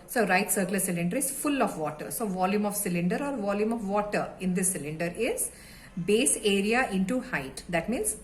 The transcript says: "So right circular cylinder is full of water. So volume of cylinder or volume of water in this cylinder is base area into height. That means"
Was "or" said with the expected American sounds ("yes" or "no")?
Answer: yes